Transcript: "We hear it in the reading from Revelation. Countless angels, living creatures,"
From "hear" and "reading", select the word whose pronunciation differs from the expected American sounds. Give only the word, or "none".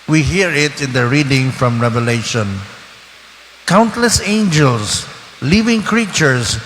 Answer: none